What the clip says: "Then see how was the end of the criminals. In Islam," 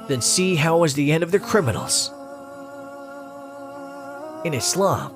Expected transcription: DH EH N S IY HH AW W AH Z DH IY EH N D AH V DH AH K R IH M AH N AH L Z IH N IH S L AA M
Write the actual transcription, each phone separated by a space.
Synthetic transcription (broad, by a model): DH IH N S IY HH AW W AH Z DH IY EH N D AH V DH AH K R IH M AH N L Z IH N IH S L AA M